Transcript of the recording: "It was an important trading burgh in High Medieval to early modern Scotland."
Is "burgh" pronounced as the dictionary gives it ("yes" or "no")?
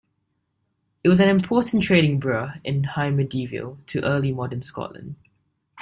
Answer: no